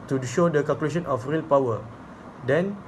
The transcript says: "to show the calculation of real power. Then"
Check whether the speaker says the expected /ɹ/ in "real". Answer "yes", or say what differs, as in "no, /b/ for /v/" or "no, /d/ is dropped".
yes